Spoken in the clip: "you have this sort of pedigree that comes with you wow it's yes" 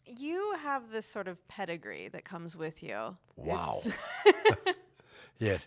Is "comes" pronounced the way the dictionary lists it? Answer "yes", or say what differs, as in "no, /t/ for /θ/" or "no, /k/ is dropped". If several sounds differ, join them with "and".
yes